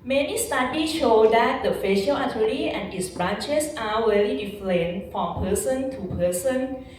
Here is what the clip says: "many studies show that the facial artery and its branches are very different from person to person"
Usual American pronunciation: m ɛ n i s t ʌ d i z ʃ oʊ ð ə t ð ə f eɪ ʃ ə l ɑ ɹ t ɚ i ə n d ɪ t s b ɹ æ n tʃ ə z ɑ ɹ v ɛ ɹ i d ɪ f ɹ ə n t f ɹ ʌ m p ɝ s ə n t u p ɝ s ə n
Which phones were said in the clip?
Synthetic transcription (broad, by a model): m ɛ n i s t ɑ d i ʃ oʊ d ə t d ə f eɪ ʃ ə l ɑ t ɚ i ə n ɪ t s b ɹ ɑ n tʃ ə s ɑ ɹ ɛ l i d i f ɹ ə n f ɹ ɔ m p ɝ s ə n t u p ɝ s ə n